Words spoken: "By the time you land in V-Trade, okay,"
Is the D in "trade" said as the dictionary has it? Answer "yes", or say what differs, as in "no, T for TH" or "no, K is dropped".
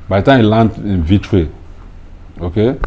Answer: no, D is dropped